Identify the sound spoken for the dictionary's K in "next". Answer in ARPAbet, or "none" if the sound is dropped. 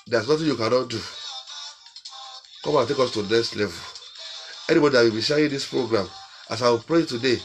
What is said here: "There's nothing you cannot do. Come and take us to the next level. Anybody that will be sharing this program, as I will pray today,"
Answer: none